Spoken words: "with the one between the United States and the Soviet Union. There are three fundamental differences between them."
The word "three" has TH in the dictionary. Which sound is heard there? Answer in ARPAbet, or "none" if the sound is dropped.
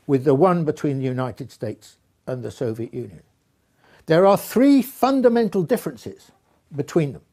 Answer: TH